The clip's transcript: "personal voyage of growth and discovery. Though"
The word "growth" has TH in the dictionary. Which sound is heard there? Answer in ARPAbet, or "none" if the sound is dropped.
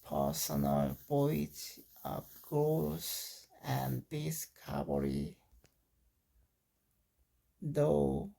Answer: S